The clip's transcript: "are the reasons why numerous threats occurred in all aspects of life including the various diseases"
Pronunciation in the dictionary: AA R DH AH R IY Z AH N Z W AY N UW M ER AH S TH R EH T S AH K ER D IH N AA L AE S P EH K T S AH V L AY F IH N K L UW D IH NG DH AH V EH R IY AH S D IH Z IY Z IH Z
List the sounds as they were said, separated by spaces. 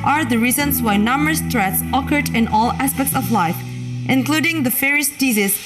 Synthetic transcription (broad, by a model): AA R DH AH R IY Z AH N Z W AY N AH M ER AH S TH R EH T S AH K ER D IH N AA L AE S P EH K T S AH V L AY F IH N K L UW D IH NG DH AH F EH R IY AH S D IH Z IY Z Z